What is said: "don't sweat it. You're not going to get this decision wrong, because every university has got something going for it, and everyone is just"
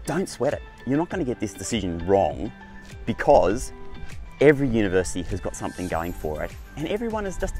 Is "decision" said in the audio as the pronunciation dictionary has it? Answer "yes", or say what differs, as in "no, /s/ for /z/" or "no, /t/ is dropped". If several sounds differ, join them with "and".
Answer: yes